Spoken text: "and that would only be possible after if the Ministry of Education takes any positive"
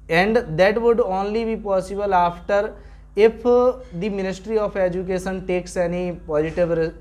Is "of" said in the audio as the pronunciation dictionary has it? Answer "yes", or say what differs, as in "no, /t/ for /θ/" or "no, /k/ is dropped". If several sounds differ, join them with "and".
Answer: no, /p/ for /v/